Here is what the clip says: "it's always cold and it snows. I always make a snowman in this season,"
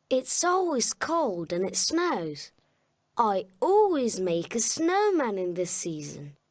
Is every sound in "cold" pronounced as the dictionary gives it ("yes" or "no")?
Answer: yes